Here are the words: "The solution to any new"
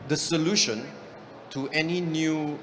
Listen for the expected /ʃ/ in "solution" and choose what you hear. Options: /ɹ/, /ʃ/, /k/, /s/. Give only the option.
/ʃ/